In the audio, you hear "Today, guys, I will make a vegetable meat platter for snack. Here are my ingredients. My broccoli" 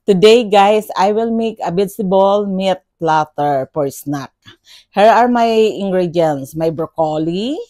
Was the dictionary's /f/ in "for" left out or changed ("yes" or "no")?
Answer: yes